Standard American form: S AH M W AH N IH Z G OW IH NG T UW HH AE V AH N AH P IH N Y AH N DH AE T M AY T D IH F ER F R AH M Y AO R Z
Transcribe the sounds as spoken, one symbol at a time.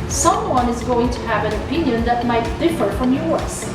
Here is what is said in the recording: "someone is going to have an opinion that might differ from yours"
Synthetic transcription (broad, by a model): S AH M W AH N IH Z G OW IH NG T UW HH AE V AH N AH P IH N Y AH N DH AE T M AY T D IH F ER F R AH M Y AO R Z